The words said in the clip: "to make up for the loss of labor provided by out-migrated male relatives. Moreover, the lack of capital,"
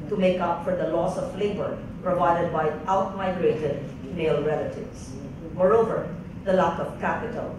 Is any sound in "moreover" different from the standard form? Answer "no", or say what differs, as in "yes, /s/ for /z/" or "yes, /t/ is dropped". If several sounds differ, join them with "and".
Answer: no